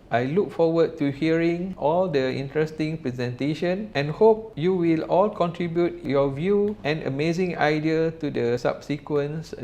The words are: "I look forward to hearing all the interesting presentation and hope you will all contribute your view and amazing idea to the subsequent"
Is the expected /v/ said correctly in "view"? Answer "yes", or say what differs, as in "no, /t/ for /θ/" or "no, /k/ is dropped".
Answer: yes